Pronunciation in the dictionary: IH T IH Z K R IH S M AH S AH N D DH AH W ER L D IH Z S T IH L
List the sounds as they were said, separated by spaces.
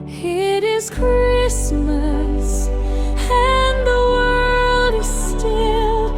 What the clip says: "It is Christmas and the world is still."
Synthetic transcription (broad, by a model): IH T IH Z K R IH S M AH S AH N DH AH W ER L D IH Z S T IH L